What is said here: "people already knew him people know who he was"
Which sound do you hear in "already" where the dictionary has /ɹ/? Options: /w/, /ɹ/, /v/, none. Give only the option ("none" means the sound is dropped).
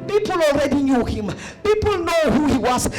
/ɹ/